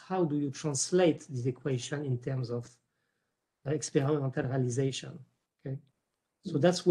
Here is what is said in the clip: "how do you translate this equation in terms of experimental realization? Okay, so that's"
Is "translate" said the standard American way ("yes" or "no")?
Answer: yes